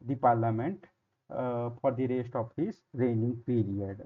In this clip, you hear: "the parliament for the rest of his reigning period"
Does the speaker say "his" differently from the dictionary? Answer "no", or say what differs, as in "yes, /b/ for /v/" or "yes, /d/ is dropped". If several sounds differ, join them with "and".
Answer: yes, /s/ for /z/